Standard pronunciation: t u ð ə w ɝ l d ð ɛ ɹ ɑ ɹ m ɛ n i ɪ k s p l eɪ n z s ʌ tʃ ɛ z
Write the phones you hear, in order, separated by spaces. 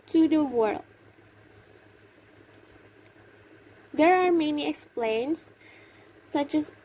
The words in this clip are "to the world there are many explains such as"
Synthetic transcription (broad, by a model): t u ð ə w ɝ l d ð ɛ ɹ ɑ ɹ m ɛ n i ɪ k s p l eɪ n s ʌ tʃ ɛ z